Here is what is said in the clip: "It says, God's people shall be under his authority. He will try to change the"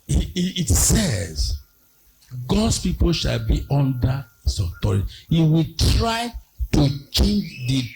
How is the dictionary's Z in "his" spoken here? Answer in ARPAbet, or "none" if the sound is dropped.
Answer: S